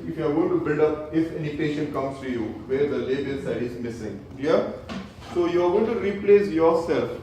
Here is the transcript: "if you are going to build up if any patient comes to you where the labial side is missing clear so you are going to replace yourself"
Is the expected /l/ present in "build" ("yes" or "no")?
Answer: yes